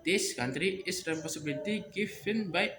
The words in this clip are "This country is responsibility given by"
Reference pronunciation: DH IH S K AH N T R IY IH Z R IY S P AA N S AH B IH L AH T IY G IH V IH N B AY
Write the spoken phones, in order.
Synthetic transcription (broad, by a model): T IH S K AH N T R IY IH S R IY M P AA S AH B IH L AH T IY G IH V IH N B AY